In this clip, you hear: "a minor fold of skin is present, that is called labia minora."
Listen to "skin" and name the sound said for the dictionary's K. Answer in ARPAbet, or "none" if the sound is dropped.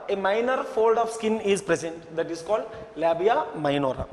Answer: K